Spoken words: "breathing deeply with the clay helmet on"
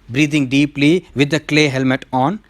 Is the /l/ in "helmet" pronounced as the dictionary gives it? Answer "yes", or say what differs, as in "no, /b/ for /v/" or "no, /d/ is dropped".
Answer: yes